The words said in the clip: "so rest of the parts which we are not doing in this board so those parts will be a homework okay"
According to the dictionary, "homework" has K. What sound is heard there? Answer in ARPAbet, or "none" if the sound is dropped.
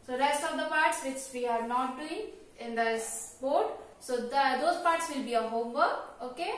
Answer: none